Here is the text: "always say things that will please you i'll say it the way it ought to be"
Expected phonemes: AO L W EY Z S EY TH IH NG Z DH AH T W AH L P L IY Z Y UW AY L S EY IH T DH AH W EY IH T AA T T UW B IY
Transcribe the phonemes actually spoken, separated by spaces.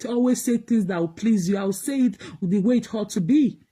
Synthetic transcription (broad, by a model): AO L W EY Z S EY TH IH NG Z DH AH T W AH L P L IY Z Y UW AY W S EY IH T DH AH W EY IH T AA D T UW B IY